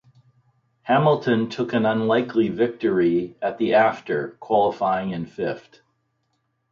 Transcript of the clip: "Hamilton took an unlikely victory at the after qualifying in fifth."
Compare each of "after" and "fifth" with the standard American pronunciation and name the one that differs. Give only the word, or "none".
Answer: fifth